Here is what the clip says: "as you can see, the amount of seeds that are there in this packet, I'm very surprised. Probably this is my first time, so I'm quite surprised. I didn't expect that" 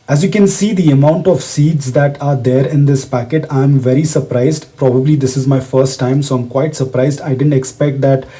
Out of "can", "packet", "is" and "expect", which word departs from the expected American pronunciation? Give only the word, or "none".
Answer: none